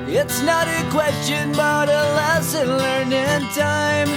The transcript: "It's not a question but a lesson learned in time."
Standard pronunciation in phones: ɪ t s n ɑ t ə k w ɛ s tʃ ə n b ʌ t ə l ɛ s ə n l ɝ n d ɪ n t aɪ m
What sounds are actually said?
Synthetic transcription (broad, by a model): ɪ t s n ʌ t ə k w ɛ s tʃ ə n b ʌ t ə l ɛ s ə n l ɝ n ɪ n t aɪ m